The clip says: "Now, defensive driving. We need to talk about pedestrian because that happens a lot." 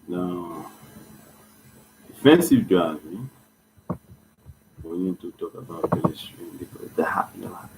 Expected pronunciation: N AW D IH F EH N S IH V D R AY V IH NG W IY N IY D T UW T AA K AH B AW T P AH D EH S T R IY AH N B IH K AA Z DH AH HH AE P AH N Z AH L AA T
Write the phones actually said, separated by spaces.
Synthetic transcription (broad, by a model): N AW D IH F EH N S IH V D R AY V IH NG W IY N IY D T UW T AA K AH B AW T B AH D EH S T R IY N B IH K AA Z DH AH HH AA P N AH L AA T